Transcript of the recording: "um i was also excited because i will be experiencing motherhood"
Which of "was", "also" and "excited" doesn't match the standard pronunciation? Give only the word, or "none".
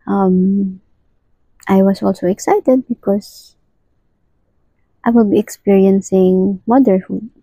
was